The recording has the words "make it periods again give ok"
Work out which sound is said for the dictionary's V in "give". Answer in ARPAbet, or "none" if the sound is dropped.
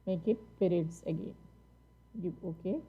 none